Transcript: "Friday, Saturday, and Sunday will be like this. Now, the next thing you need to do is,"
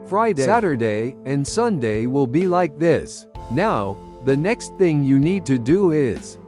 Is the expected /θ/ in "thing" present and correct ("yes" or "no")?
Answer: yes